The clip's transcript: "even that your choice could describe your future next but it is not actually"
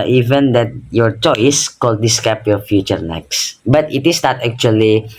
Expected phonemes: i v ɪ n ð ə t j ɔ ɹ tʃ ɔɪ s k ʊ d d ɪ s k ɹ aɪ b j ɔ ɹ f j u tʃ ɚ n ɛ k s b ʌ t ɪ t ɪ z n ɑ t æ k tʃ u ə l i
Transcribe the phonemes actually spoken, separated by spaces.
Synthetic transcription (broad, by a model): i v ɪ n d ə t j ɔ ɹ tʃ ɔɪ s k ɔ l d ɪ s k aɪ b j ɔ ɹ f j u tʃ ɚ n ɛ k s b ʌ t ɪ t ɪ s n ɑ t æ k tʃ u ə l i